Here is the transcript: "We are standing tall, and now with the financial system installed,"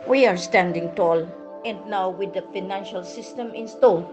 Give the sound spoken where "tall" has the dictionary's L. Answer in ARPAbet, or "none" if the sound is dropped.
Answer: L